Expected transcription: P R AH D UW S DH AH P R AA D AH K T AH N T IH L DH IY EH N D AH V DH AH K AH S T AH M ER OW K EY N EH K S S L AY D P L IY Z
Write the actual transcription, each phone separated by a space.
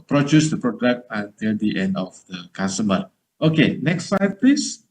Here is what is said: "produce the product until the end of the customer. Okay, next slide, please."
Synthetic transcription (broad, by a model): P R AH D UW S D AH P R AA D AH K T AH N T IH L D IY EH N D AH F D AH K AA S T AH M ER OW K EY N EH K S S AY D P L IY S